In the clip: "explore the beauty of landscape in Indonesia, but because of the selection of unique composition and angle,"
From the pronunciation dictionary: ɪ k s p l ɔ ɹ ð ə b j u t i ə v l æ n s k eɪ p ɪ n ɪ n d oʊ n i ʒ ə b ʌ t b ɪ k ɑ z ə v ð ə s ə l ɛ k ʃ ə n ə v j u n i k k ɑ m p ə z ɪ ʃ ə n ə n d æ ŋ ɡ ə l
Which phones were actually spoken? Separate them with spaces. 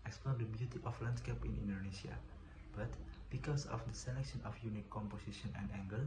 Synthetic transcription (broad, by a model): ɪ k s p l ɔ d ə b j u t i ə f l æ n s k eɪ p ɪ n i n d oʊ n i s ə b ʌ t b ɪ k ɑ s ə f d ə s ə l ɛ k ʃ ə n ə f j u n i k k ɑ m p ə s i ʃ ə n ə n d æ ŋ ɡ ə l